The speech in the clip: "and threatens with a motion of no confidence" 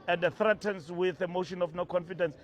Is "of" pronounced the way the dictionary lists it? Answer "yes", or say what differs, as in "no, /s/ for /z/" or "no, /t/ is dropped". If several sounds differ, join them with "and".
no, /f/ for /v/